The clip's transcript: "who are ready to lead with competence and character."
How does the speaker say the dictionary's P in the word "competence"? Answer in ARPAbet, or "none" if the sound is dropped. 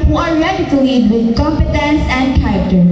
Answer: P